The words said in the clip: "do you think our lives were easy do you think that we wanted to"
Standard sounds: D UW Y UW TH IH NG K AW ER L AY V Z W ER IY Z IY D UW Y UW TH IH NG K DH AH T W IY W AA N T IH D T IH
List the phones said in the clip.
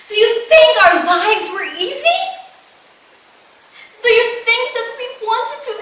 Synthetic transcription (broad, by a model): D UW Y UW TH IH NG K AW ER L AY V Z W ER IY Z IY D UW Y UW TH IH NG K DH AH T W IY W AA N T IH D T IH